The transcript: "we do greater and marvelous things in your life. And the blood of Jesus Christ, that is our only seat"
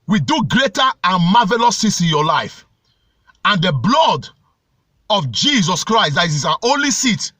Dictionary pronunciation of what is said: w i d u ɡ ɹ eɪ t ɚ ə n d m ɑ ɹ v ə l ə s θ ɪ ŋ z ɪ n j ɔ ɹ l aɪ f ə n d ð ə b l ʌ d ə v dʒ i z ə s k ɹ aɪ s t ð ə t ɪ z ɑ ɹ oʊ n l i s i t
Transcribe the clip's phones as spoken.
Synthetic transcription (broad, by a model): w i d u ɡ ɹ eɪ t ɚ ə n m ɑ v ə l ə s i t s ɪ n j ɔ l aɪ f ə n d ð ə b l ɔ d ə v dʒ i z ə s k ɹ aɪ s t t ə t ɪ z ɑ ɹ oʊ n l i s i t